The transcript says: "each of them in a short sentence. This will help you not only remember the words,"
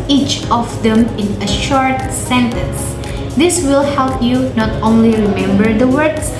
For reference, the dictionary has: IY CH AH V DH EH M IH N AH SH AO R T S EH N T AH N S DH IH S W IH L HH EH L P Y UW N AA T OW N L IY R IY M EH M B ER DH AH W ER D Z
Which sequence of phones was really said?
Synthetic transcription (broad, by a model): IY CH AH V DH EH M IH N AH SH AO R T S EH N T AH N S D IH S W IH L HH EH L P Y UW N AA T OW N L IY R IY M EH M B ER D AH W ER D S